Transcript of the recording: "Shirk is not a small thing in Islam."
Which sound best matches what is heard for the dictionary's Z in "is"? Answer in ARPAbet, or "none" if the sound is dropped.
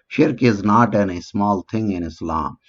Z